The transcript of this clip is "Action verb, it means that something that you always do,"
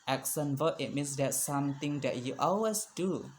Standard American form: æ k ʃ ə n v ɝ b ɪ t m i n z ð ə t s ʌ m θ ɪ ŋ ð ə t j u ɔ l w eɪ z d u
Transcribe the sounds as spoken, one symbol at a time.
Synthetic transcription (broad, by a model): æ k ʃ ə n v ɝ ɪ t m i n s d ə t s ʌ m t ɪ ŋ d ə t j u ɔ l w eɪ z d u